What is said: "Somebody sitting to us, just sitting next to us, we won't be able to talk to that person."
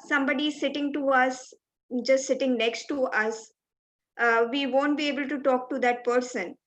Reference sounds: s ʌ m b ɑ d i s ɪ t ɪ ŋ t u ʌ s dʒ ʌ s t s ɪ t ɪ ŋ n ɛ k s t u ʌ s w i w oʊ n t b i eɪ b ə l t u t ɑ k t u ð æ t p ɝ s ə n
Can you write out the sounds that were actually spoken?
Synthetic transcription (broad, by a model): s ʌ m b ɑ d i s ɪ t ɪ ŋ t u ʌ s dʒ ʌ s t s ɪ t ɪ ŋ n ɛ k s t u ʌ s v i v oʊ n t b i eɪ b ə l t u t ɑ k t u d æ t p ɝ s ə n